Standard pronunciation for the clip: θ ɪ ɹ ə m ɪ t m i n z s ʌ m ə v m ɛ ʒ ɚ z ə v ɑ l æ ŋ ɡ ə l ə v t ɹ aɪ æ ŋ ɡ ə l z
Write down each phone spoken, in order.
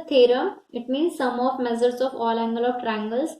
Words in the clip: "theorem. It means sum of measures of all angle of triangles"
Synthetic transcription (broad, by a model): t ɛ ɹ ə ɪ t m i n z s ʌ m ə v m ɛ z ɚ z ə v ɑ l æ ŋ ɡ ə l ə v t ɹ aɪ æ ŋ ɡ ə l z